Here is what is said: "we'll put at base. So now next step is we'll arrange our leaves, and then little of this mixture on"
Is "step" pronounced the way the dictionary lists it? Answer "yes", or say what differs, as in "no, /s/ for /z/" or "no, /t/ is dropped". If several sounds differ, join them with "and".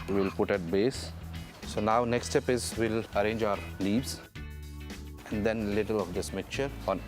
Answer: yes